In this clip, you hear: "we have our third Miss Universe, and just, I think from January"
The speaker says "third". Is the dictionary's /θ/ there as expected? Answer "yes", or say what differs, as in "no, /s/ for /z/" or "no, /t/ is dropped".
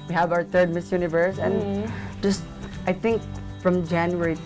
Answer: no, /t/ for /θ/